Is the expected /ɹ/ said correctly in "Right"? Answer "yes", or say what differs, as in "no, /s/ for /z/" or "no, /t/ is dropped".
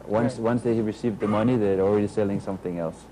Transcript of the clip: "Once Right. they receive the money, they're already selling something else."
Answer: no, /w/ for /ɹ/